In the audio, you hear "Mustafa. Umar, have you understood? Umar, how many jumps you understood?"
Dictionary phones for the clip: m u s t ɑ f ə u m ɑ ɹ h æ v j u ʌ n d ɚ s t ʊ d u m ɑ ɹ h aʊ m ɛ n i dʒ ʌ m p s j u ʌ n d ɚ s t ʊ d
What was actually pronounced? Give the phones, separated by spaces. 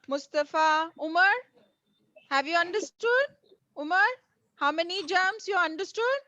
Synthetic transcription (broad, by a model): m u s t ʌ f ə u m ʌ ɹ h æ v j u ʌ n d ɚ s t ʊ d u m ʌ ɹ h aʊ m ɛ n i dʒ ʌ m s j u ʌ n d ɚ s t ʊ d